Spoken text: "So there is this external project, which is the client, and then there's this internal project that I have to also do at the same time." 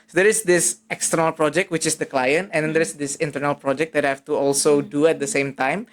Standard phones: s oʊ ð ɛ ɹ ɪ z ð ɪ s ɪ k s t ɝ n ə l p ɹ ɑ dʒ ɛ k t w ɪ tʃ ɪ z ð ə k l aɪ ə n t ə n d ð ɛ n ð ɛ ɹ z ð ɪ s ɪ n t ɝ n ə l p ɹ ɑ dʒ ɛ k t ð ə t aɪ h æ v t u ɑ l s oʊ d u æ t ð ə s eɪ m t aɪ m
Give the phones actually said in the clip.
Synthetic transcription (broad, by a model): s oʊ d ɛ ɹ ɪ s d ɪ s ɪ k s t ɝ n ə l p ɹ ɑ dʒ ɛ k t w ɪ tʃ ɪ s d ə k l aɪ ə n t ə n d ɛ n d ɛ ɹ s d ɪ s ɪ n t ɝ n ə l p ɹ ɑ dʒ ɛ k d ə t h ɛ f t u ɑ l s oʊ d u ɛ t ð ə s eɪ m t aɪ m